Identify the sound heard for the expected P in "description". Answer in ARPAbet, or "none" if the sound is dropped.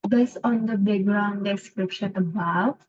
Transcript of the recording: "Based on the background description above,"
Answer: P